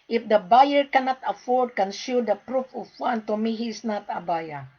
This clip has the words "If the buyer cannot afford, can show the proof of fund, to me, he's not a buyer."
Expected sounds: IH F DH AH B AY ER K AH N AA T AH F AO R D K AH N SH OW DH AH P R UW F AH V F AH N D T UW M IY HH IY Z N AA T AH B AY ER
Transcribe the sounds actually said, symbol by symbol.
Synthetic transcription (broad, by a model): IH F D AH B AY ER K AH N AA T AH F AO R D K AH N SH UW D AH P R UW F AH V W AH N T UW M IY HH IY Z N AA T AH B AY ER